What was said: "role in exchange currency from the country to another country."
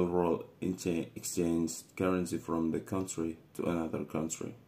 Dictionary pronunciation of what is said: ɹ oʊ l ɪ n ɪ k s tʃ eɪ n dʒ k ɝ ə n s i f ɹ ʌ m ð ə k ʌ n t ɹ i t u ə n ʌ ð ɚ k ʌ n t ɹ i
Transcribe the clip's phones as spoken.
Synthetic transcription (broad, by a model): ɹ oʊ l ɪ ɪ k s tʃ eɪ n z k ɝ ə n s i f ɹ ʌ m ð ə k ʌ n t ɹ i t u ə n ʌ ð ɚ k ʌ n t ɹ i